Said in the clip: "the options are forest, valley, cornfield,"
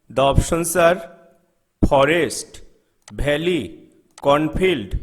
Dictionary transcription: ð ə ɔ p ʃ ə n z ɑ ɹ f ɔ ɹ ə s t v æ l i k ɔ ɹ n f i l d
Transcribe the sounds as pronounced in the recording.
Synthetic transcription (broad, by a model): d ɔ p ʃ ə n s ɑ ɹ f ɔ ɹ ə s t b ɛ l i k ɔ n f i l d